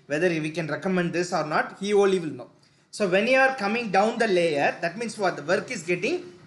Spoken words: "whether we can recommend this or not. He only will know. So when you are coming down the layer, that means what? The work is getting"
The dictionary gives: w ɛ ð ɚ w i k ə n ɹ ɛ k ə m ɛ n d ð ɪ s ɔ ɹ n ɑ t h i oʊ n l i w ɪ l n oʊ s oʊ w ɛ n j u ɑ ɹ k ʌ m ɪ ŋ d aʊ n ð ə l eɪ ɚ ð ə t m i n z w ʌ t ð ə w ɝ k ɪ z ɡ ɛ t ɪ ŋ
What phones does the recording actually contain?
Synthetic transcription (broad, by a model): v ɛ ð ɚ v i k ə n ɹ ɛ k ə m ɛ n d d ɪ s ɔ ɹ n ɑ t h i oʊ l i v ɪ l n oʊ s oʊ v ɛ n j u ɑ ɹ k ʌ m ɪ ŋ d aʊ n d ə l eɪ ɚ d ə t m i n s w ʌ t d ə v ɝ k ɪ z ɡ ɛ t ɪ ŋ